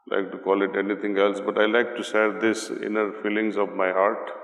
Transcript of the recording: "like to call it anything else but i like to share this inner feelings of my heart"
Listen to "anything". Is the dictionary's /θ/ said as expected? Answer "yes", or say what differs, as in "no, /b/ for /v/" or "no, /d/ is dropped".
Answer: no, /t/ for /θ/